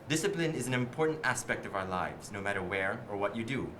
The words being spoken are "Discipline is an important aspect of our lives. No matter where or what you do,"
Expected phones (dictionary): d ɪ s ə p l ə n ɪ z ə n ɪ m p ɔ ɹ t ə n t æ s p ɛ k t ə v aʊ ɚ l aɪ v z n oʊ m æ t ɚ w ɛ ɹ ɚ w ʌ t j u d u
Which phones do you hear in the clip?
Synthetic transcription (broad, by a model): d ɪ s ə p l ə n ɪ z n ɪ m p ɔ ɹ t n t æ s p ɛ k t ə v aʊ ɚ l aɪ v z n oʊ m æ t ɚ w ɛ ɹ ɚ w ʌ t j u d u